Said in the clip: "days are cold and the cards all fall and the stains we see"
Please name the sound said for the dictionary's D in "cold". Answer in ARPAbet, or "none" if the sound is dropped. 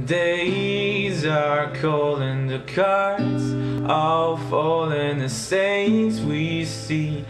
none